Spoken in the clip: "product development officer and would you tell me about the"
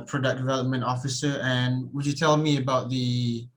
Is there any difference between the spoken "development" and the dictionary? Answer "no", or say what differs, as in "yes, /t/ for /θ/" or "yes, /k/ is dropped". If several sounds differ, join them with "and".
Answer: no